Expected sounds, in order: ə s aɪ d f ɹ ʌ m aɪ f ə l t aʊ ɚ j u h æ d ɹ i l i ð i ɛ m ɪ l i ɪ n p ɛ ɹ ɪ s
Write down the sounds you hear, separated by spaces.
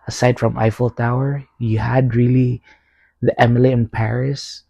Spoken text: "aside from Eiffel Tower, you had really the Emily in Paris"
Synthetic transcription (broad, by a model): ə s aɪ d f ɹ ʌ m aɪ f ə l t aʊ ɚ j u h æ d ɹ i l i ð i ɛ m ɪ l i ɪ n p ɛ ɹ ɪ s